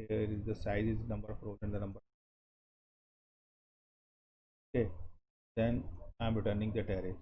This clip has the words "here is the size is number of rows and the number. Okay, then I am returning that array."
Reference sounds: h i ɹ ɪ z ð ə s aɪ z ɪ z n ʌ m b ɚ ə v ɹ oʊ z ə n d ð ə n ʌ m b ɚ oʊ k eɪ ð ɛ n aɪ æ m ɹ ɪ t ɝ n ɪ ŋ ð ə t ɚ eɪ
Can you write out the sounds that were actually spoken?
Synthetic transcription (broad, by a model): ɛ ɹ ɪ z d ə s aɪ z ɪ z n ʌ m b ɚ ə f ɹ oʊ ə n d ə n ʌ m b ɚ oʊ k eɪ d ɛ n aɪ m ɹ ɪ t ɝ n ɪ ŋ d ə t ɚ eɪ